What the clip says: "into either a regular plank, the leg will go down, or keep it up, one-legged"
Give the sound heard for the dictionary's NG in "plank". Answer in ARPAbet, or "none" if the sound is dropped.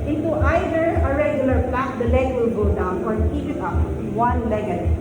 none